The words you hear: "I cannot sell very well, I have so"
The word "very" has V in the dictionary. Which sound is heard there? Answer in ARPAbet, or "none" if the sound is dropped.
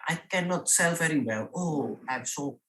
V